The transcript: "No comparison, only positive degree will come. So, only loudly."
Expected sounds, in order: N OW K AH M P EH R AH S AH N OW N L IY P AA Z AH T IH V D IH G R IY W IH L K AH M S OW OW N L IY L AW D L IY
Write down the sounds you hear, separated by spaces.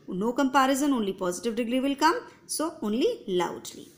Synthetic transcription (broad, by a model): N OW K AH M P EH R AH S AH N OW N L IY P AA Z AH T IH V D IH G R IY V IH L K AH M S OW OW N L IY L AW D L IY